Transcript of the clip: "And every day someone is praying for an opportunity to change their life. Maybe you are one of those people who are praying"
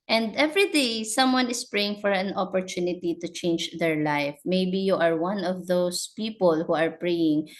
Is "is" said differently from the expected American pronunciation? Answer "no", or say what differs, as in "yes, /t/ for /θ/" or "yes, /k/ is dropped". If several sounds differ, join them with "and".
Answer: yes, /s/ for /z/